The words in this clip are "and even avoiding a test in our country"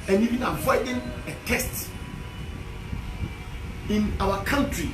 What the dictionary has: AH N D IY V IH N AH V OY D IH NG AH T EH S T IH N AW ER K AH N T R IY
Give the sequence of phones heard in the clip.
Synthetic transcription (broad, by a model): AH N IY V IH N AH F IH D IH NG AH T EH S T IH N AW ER K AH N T R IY